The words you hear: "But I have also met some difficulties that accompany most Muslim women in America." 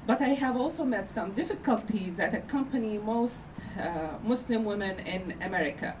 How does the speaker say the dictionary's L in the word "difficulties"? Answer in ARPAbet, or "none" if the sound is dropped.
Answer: L